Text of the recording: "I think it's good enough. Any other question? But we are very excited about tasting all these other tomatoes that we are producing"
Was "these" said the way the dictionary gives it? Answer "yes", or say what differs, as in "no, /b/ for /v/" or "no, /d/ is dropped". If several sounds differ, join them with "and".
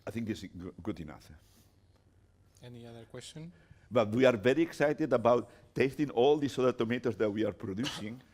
no, /s/ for /z/